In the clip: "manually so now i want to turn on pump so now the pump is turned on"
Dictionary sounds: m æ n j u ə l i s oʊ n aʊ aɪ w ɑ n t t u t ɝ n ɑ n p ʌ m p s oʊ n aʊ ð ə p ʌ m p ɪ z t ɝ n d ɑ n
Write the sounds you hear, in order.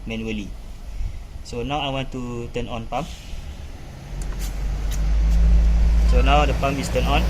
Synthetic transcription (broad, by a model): m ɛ n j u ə l i s oʊ n aʊ aɪ w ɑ n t t u t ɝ n ɑ n p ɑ m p s oʊ n aʊ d ə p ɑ m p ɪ s t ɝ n ɑ n